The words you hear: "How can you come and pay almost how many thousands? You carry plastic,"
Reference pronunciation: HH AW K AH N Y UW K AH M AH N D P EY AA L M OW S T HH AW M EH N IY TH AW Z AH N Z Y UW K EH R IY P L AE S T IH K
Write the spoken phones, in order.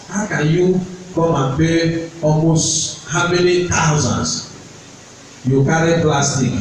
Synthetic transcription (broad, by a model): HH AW K AH N Y UW K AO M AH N P EY AA L M OW S T HH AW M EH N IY T AW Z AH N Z Y UW K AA R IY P L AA S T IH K